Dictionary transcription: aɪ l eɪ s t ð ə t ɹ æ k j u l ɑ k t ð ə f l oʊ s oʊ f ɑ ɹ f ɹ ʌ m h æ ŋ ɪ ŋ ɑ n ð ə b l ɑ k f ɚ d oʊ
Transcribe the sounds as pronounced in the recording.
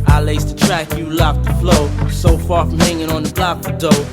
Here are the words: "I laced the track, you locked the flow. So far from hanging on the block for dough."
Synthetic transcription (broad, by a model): aɪ l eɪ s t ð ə t ɹ æ k j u l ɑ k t ð ə f l oʊ s oʊ f ɑ ɹ f ɹ ʌ m h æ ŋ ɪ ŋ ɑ n ð ə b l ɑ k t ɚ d oʊ